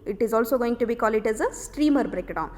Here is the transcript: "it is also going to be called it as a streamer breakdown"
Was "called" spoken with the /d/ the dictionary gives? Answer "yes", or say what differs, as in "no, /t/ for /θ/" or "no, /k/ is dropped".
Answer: no, /d/ is dropped